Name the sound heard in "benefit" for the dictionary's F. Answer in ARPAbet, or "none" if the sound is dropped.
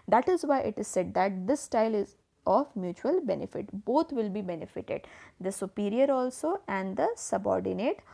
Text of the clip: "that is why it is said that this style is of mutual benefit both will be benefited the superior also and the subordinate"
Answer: F